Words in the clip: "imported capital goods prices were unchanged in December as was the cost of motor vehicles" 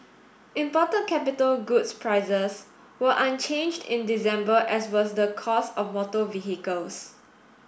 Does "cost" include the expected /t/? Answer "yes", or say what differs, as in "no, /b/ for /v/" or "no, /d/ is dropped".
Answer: no, /t/ is dropped